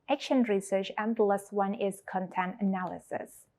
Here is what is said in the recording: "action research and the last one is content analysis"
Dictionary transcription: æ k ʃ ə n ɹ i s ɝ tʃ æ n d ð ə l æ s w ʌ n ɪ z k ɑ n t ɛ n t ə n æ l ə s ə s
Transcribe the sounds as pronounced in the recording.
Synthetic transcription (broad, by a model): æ k ʃ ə n ɹ i s ɝ tʃ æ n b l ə s w ʌ n ɪ z k ɑ n t ɛ n t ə n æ l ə s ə s